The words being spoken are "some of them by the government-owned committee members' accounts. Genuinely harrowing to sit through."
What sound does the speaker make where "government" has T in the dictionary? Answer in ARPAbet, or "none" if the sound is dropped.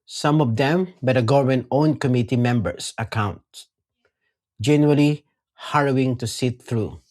none